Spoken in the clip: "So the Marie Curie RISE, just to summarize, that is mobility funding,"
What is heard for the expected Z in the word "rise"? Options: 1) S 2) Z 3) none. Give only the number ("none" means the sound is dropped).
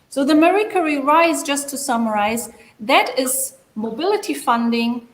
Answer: 2